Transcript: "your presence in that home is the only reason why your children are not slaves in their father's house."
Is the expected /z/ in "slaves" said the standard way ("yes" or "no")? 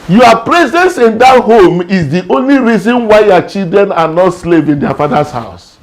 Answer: no